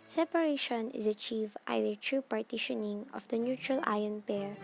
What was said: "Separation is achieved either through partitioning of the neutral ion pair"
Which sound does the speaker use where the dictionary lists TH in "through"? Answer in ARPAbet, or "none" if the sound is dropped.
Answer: T